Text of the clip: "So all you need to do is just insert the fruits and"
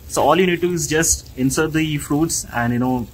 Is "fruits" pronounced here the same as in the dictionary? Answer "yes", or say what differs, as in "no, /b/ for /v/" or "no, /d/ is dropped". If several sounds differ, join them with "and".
yes